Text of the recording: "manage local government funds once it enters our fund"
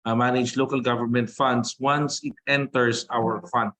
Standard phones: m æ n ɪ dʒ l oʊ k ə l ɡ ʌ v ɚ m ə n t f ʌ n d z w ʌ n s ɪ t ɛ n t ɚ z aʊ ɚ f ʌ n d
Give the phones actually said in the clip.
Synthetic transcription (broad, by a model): m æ n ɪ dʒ l oʊ k ə l ɡ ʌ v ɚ m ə n t f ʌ n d s w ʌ n s ɪ t ɛ n t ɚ s aʊ ɚ f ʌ n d